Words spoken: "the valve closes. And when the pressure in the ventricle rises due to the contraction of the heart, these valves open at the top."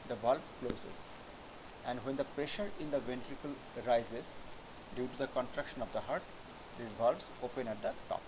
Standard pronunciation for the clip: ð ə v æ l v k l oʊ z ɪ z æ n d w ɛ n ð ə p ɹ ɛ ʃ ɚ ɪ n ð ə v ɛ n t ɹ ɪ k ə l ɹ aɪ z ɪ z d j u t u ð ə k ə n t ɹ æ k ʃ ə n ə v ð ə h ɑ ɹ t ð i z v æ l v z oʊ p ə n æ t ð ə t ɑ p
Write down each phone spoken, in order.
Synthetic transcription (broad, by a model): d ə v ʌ l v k l oʊ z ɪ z æ n d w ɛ n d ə p ɹ ɛ ʃ ɚ ɪ n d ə v ɛ n t ɹ ɪ k ə l ɹ aɪ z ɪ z d j u t u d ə k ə n t ɹ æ k ʃ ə n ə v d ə h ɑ ɹ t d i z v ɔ l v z oʊ p ə n æ t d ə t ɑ p